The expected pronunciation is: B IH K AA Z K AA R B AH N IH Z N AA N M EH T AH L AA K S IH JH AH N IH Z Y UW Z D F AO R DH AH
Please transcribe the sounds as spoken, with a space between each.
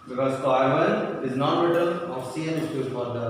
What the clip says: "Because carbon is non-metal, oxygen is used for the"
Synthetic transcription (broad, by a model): B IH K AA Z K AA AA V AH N IH Z N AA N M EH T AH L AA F S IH AH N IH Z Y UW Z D F AO R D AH